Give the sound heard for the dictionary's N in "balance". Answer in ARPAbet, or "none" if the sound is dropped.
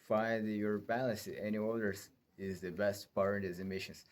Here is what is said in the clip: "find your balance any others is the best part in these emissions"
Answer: none